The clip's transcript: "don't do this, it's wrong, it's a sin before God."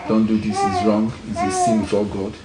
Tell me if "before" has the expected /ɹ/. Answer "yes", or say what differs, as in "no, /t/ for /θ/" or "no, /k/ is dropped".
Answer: no, /l/ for /ɹ/